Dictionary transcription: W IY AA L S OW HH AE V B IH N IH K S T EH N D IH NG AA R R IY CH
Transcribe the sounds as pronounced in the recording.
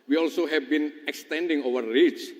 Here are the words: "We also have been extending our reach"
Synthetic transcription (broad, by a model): W IY AA L S OW HH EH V B IH N IH K S T EH N D IH NG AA W R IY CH